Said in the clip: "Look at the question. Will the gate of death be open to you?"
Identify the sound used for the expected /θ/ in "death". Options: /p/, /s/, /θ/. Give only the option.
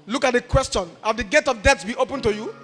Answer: /s/